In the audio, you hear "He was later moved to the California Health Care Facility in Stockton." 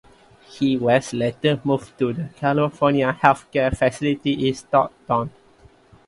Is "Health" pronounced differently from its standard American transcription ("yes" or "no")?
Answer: yes